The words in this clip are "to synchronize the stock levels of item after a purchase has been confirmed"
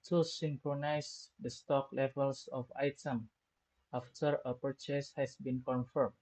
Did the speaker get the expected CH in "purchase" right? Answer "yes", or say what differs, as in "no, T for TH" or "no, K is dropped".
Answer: yes